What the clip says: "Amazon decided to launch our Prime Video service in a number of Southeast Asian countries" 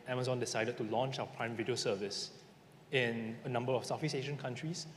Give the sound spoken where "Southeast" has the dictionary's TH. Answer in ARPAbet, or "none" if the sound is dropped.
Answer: F